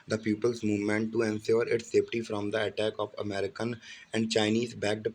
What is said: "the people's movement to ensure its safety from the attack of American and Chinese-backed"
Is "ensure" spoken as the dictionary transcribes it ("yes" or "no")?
no